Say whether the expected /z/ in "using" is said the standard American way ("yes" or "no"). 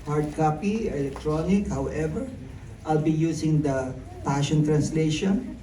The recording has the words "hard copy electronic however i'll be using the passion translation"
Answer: no